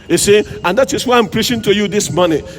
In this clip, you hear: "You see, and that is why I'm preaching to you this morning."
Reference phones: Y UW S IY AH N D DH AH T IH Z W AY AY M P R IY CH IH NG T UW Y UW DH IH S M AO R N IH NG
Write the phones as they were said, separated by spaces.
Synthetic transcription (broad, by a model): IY S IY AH N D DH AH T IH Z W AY AY M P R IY SH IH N T UW Y UW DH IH S M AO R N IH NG